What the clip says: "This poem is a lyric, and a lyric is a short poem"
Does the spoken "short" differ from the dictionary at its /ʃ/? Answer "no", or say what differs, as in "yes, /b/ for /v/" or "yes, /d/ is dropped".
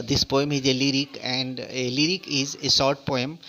yes, /s/ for /ʃ/